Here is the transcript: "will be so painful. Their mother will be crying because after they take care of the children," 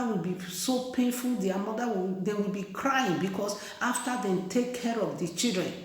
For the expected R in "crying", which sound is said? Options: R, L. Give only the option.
R